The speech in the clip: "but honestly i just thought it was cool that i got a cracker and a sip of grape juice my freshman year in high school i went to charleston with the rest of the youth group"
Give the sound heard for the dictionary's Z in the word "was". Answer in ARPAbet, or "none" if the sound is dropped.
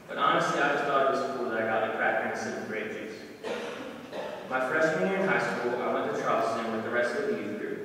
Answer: S